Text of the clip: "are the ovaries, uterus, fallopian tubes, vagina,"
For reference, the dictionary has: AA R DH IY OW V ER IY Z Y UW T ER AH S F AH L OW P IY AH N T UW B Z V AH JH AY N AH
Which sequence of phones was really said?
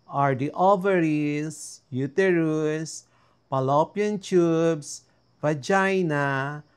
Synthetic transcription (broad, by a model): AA R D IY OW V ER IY S Y UW T ER AH S P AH L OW P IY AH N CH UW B S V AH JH AY N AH